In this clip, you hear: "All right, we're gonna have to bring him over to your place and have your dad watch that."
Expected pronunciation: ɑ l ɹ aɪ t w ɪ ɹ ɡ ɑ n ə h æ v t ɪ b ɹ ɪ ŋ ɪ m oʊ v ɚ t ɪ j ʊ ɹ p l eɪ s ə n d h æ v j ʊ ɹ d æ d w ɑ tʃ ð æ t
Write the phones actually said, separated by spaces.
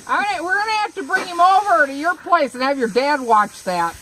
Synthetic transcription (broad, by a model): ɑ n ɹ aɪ w ɪ ɹ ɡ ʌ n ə h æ f t ɪ b ɹ ɪ ŋ ɪ m oʊ v ɚ t ɪ j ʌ ɹ p l eɪ s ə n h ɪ v j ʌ ɹ d æ d w ɑ tʃ ð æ t